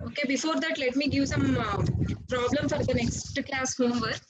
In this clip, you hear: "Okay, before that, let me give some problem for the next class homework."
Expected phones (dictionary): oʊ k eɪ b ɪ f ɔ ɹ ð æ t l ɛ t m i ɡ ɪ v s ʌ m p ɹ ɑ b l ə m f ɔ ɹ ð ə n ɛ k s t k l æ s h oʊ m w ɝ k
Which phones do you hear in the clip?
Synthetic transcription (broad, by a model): oʊ k eɪ b ɪ f ɔ ɹ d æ t l ɛ t m i ɡ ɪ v s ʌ m p ɹ ɑ b l ə m f ɔ ɹ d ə n ɛ k s t k l æ s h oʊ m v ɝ